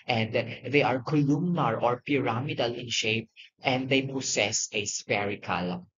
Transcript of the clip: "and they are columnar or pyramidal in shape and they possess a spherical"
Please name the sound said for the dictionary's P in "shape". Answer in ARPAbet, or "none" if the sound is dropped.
P